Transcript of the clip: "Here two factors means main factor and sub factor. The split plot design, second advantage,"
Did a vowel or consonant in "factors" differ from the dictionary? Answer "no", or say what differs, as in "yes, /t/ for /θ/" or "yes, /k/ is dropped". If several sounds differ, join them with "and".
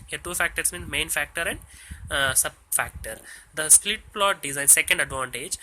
yes, /s/ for /z/